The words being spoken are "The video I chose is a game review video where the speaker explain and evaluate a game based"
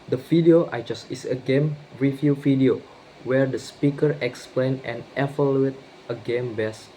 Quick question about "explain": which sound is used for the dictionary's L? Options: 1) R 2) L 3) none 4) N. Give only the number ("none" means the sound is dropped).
2